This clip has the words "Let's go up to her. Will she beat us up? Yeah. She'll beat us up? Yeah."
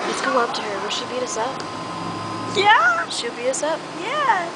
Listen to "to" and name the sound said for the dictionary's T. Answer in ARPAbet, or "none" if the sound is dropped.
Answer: T